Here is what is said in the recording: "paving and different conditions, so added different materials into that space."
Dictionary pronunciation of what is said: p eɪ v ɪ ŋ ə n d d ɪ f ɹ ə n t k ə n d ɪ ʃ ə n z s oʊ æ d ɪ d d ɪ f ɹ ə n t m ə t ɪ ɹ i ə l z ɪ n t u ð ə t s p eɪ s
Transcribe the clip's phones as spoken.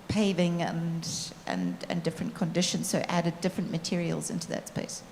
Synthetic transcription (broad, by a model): p eɪ v ɪ ŋ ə n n d ɪ f ɹ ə n k ə n d ɪ ʃ ə n z s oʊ æ d ɪ d d ɪ f ɹ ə n m ə t ɪ ɹ i ə l z ɪ n t u ð ə t s p eɪ s